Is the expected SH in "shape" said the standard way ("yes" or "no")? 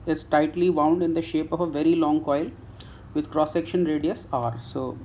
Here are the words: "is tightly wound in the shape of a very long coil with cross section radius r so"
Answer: yes